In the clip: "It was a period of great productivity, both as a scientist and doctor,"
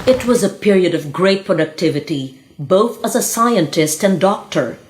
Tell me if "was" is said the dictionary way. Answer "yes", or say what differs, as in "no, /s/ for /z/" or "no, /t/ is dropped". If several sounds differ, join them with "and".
yes